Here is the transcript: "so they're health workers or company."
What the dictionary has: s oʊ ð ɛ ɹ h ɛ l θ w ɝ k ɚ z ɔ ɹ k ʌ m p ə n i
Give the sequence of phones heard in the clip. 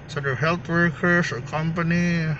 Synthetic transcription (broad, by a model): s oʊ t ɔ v h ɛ l t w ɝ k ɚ s ɔ ɹ k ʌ m p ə n i